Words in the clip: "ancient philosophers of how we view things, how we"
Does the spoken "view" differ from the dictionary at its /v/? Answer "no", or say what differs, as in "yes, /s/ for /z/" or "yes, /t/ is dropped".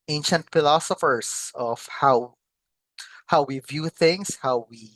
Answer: no